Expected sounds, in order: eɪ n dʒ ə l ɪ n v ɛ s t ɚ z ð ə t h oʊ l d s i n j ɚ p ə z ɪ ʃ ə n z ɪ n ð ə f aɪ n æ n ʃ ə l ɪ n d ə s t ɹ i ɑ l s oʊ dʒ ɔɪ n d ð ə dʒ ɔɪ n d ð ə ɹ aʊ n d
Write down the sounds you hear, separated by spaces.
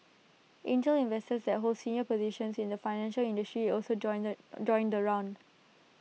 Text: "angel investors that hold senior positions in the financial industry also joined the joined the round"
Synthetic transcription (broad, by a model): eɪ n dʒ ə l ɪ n v ɛ s t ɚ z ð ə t h oʊ l d s i n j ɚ p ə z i ʃ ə n s ɪ n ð ə f aɪ n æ n ʃ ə l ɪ n d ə s t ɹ i ɑ l s oʊ dʒ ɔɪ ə n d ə ɹ aʊ n d